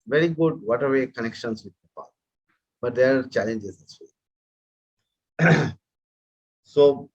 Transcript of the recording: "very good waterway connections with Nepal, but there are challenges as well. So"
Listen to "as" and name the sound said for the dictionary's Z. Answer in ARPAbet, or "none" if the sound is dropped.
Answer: S